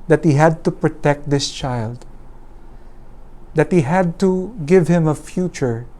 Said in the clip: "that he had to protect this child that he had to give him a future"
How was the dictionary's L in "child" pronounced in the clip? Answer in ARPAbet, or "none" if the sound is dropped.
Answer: L